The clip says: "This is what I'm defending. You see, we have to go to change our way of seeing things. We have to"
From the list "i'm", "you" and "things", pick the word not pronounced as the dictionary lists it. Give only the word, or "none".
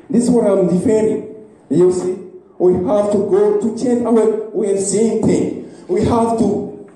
things